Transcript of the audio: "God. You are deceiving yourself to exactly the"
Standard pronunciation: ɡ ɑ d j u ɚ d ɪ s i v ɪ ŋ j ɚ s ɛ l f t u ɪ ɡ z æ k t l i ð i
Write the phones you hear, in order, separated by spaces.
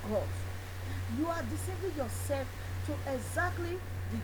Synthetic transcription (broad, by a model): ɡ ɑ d j u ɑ d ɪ s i b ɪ j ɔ s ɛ l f t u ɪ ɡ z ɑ k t l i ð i